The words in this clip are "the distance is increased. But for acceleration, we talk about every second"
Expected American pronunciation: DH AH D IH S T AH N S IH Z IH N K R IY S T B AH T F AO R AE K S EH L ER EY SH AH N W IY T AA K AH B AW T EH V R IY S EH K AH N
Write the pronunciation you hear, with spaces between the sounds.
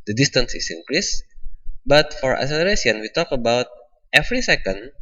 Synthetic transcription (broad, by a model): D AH D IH S T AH N S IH S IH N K R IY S B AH T F AO R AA S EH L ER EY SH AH N W IY T AA K AH B AW T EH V R IY S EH K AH N